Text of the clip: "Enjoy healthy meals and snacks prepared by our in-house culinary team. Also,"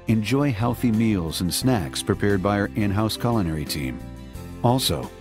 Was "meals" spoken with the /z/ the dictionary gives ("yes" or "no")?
yes